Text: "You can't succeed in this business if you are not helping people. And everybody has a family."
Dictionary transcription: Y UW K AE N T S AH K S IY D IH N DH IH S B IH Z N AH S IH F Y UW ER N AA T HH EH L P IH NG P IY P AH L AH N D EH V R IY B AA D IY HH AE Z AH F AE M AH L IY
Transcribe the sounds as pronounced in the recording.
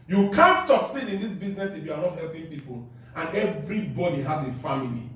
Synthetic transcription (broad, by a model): Y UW K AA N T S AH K S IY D IH N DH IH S B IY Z N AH S IH F Y UW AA N AA T HH EH L P IH NG P IY P AH L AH N EH V R IY B AA D IY HH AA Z AH F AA M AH L IY